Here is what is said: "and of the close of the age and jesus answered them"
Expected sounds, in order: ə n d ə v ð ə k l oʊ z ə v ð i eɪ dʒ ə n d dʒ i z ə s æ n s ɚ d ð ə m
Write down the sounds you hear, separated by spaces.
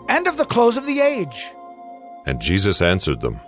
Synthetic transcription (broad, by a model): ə n d ə v ð ə k l oʊ z ə v ð i eɪ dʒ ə n dʒ i z ə s æ n s ɚ d ð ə m